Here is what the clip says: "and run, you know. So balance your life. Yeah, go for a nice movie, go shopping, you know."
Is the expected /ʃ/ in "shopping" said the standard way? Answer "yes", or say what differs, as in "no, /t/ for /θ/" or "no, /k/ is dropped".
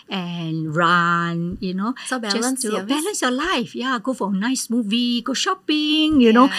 yes